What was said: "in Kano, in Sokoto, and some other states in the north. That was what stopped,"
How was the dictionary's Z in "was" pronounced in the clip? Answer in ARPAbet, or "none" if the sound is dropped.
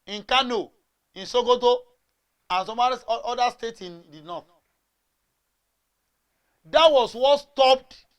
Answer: S